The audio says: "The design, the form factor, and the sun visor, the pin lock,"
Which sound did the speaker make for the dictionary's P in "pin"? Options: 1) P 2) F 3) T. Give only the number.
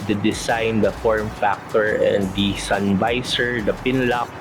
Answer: 1